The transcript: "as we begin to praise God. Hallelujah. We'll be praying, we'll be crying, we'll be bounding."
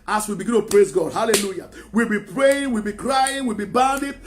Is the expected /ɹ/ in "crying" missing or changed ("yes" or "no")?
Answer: no